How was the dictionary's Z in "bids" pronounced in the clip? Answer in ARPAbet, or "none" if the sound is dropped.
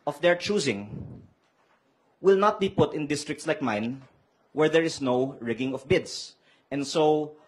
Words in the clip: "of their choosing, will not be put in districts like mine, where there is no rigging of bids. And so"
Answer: S